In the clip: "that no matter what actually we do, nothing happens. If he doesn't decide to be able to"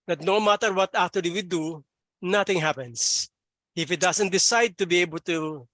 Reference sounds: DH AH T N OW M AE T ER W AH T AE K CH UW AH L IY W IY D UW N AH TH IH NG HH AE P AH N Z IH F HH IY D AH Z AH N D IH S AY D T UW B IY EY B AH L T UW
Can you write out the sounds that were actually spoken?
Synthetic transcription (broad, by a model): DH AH T N OW M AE T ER W AH T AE K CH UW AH L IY W IY D UW N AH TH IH NG HH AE P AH N S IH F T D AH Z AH N D IH S AY D T UW B IY EY B AH L T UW